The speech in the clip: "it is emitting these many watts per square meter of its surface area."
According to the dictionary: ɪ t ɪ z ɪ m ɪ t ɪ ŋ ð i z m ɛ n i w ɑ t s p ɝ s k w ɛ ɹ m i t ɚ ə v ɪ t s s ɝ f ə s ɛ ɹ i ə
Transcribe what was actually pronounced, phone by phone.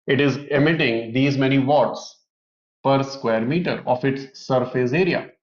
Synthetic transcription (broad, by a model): ɪ t ɪ z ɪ m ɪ t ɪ ŋ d i z m ɛ n i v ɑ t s p ɝ s k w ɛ ɹ m i t ɚ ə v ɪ t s s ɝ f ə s ɛ ɹ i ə